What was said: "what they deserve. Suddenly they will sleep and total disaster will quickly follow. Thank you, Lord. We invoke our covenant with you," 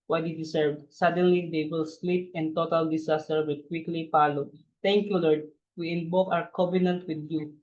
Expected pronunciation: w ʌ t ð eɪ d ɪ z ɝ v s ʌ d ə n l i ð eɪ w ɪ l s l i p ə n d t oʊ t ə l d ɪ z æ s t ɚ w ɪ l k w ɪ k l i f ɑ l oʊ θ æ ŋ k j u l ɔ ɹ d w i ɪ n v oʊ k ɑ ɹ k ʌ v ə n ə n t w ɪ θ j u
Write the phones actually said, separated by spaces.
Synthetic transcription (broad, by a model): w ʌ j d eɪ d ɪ s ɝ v s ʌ d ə n l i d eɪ w ɪ l s l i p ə n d t oʊ t ə l d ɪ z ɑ s t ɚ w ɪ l k w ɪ k l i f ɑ l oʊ t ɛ ŋ k j u l ɔ ɹ d w i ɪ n b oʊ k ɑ w k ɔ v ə n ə n t w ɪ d j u